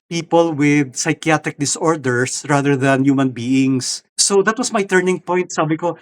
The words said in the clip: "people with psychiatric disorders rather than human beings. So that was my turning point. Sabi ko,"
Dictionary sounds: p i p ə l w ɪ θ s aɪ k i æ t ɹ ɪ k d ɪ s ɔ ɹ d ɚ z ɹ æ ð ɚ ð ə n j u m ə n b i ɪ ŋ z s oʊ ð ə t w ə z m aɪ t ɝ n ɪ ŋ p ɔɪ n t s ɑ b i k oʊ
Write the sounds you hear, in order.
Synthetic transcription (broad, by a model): p i p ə l w ɪ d s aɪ k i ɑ t ɹ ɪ k d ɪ s ɔ ɹ d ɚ s ɹ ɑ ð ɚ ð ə n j u m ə n b i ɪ ŋ s oʊ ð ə t w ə s m aɪ t ɝ n ɪ ŋ p ɔɪ n t s ɑ b i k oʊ